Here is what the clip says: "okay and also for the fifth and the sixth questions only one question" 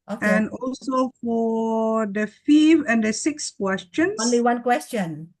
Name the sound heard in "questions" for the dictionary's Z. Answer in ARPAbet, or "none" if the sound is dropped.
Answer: none